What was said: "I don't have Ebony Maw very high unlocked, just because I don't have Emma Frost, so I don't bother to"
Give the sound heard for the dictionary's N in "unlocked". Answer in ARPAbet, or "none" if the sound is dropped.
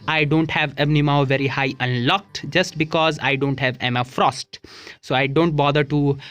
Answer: N